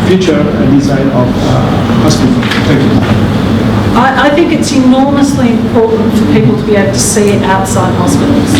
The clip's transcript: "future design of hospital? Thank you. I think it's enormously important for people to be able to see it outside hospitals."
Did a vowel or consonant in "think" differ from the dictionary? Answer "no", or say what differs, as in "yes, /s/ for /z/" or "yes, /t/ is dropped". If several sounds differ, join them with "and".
no